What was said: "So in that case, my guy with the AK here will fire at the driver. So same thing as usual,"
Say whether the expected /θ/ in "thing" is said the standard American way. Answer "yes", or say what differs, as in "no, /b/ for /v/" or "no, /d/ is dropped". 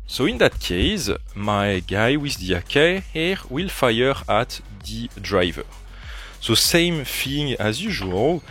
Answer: no, /f/ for /θ/